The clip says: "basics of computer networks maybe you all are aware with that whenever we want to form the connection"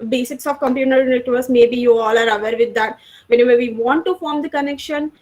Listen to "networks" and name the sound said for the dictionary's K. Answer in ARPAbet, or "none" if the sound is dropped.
none